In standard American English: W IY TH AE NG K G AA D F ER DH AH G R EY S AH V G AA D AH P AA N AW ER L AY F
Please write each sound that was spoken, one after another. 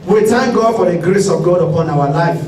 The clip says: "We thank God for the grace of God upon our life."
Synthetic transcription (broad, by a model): W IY T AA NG G AA D F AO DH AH G R EY S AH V G AA D AH P AA N AW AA L AY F